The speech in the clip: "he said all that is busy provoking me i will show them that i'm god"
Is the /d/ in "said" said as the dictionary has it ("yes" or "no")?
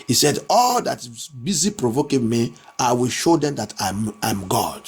yes